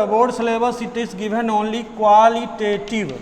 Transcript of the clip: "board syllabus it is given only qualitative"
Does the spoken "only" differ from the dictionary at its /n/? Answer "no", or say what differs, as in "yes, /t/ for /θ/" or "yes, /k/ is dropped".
no